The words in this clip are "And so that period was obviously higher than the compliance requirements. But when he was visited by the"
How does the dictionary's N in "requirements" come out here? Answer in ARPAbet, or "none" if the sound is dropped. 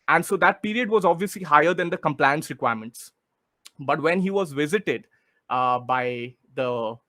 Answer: N